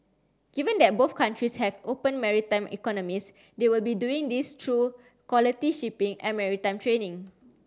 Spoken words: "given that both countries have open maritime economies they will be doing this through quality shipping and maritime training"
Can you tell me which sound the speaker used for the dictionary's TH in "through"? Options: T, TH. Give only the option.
T